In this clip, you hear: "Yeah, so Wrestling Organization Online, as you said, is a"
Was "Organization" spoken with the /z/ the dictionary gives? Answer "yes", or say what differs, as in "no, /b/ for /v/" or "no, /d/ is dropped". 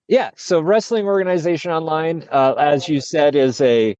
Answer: yes